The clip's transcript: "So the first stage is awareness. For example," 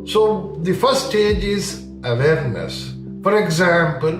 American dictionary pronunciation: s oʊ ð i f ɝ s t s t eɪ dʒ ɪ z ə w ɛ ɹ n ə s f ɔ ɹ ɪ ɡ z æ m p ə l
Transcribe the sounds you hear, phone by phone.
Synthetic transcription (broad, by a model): s oʊ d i f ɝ t s t eɪ dʒ ɪ z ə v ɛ ɹ n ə s f ɔ ɹ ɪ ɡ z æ m p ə l